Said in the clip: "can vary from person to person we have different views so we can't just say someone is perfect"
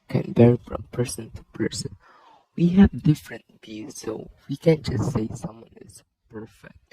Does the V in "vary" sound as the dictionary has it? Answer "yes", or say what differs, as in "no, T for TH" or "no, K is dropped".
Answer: no, B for V